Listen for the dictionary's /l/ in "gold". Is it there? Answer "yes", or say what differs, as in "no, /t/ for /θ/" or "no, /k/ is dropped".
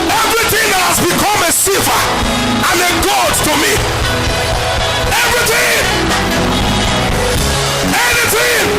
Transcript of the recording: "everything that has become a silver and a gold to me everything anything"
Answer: no, /l/ is dropped